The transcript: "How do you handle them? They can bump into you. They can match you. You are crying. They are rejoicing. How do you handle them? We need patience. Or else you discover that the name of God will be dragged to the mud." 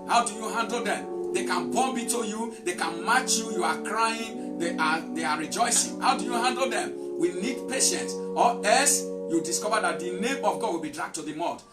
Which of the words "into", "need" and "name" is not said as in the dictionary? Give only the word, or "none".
into